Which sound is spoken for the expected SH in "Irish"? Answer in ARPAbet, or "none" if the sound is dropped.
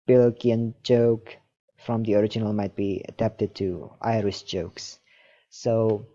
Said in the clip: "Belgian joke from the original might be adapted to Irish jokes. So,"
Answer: S